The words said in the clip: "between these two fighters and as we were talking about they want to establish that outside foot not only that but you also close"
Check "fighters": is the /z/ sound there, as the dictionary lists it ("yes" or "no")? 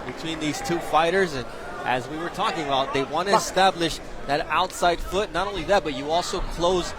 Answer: yes